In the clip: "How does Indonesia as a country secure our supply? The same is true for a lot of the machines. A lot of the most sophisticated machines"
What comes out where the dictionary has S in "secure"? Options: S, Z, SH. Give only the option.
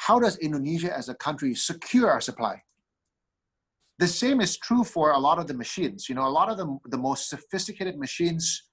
S